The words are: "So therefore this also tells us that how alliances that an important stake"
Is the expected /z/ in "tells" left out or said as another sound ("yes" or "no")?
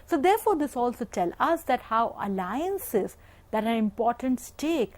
yes